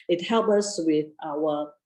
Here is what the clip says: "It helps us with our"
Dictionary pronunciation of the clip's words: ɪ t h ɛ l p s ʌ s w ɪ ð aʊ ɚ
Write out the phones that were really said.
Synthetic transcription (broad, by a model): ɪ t h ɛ l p ʌ s w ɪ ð aʊ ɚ